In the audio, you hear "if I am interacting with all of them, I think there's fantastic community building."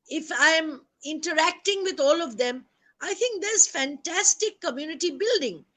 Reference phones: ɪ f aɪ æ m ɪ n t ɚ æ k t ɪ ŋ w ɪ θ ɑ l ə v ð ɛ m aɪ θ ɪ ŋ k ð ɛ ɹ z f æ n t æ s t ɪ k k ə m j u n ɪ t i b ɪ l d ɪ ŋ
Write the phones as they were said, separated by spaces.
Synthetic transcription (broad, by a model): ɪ f aɪ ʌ m ɪ n t ɚ æ k t ɪ ŋ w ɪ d ɑ l ə v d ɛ m aɪ t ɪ ŋ k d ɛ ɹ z f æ n t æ s t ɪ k k ə m j u n ɪ t i b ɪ l d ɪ ŋ